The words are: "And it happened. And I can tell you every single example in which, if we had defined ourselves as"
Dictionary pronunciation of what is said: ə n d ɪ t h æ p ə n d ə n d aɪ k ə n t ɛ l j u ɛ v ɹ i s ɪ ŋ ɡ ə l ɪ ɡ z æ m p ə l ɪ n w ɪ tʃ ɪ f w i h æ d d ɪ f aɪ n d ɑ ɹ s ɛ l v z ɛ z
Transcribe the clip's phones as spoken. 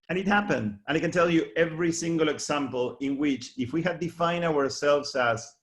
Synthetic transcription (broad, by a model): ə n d ɪ t h æ p ə n d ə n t k n t ɛ l j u ɛ v ɹ i s ɪ ŋ ɡ ə l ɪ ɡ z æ m p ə l ɪ n w ɪ tʃ ɪ f w i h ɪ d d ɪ f aɪ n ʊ ɑ ɹ s ɛ l v z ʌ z